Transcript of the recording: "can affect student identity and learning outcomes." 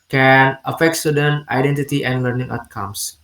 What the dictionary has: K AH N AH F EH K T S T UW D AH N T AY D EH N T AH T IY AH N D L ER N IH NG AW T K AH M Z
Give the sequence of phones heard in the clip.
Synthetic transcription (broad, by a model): K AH N AH F EH K T S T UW D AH N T AY D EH N T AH T IY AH N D L ER N IH NG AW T K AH M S